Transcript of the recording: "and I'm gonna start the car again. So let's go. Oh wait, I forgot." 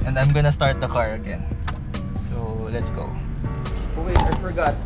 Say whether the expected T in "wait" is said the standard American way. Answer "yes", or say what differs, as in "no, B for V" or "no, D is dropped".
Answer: no, T is dropped